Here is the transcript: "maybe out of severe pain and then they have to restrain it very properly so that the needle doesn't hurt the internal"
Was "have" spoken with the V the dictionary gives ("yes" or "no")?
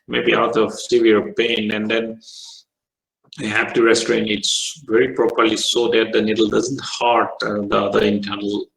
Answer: no